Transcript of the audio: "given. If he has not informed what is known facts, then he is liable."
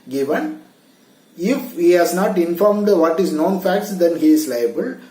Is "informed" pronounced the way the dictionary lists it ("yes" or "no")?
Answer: yes